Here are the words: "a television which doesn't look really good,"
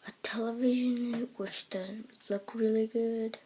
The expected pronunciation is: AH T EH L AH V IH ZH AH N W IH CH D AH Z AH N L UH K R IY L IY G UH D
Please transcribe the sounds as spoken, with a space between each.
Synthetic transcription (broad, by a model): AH T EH L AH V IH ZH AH N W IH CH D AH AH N L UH K R IY L IY G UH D